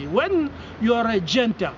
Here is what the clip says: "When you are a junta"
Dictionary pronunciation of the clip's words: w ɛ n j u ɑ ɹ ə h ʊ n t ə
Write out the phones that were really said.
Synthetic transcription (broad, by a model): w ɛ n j ɑ ɹ ə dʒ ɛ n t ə